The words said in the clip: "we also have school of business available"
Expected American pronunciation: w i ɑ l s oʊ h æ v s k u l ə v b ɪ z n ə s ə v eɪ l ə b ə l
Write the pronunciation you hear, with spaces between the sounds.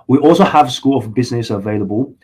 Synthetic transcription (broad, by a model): w i ɑ l s oʊ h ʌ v s k u l ə v b ɪ z n ə s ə v eɪ l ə b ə l